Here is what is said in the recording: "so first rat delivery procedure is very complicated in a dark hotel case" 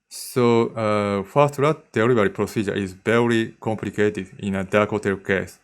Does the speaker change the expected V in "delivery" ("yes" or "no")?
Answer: yes